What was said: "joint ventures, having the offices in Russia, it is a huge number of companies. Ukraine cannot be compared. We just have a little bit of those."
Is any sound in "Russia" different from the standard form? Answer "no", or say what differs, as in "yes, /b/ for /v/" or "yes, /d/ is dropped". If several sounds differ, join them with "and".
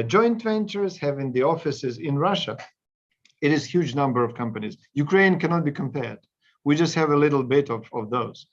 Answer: no